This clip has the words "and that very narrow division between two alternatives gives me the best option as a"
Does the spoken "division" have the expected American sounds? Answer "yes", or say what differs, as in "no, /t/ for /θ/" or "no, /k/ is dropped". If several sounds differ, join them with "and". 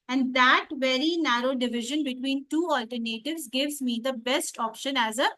yes